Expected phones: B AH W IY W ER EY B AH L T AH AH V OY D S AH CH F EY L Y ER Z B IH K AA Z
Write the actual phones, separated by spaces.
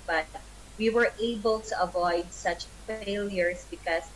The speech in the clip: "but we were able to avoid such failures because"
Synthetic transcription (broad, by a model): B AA W IY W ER EY B AH L T AH AH V OY D S AH CH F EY L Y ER S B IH K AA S